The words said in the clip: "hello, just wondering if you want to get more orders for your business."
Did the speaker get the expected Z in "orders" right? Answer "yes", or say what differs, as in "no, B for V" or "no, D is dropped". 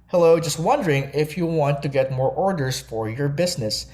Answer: no, S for Z